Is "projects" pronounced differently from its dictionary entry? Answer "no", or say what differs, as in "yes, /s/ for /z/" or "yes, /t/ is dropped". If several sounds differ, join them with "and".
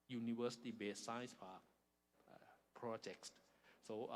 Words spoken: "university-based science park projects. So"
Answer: no